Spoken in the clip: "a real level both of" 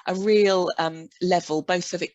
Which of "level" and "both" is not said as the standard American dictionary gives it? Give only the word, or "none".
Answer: none